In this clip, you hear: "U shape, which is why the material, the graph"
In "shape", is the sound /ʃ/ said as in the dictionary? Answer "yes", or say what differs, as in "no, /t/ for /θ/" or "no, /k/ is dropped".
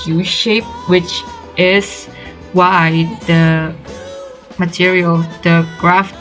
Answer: yes